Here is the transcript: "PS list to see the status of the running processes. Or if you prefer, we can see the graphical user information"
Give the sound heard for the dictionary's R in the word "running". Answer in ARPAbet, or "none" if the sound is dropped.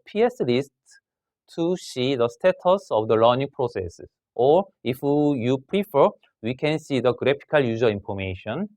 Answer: L